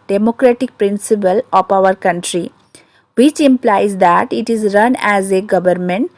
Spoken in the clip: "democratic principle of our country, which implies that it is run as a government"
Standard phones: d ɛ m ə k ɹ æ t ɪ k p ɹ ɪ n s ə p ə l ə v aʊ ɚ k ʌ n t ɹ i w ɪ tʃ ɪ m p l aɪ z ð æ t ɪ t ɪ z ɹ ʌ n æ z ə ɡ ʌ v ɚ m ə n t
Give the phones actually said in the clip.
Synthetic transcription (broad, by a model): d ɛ m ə k ɹ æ t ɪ k p ɹ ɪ n s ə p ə l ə p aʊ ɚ k ʌ n t ɹ i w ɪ tʃ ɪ m p l aɪ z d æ t ɪ t ɪ z ɹ ʌ n æ z ə ɡ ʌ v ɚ m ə n t